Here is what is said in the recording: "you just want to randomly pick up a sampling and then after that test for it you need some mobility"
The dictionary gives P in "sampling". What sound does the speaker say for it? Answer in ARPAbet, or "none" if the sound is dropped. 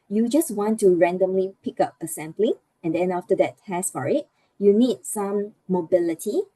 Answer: B